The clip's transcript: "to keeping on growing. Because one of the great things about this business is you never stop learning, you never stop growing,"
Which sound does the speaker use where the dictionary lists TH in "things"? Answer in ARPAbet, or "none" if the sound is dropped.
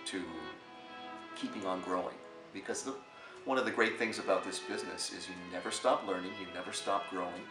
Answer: TH